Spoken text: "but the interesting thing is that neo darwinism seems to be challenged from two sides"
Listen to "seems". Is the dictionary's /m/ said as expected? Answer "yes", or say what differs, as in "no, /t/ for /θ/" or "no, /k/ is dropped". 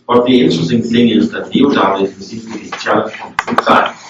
no, /m/ is dropped